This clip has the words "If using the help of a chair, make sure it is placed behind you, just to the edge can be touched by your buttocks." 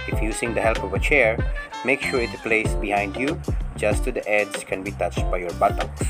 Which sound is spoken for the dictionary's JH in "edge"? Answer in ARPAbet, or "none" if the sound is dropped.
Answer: Z